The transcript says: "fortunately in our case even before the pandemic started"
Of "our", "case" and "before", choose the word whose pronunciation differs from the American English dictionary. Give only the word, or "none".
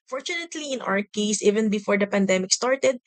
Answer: our